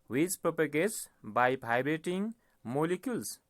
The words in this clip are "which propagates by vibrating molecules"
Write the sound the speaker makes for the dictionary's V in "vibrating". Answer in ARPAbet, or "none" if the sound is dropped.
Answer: P